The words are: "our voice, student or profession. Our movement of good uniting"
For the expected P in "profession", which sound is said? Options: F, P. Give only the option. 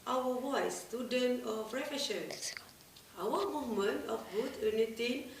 F